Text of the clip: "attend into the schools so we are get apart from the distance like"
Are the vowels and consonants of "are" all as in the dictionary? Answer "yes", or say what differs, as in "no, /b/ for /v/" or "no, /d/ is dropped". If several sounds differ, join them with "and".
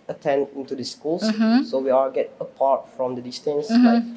no, /l/ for /ɹ/